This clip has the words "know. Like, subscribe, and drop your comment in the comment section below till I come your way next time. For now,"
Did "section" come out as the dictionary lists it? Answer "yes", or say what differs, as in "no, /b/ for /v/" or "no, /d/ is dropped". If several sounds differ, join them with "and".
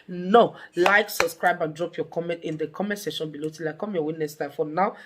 no, /k/ is dropped